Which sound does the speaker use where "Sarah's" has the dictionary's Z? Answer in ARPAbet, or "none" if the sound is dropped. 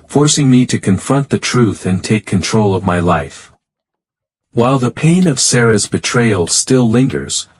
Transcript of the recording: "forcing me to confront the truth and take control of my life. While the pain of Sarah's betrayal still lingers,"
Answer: Z